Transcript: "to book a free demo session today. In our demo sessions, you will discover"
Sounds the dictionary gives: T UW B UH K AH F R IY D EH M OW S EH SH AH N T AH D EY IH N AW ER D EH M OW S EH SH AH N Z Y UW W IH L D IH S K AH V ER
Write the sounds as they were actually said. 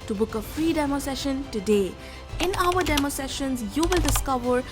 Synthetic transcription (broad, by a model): T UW B UH K AH F R IY D EH M OW S EH SH AH N T AH D EY IH N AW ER D EH M OW S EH SH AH N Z Y UW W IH L D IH S K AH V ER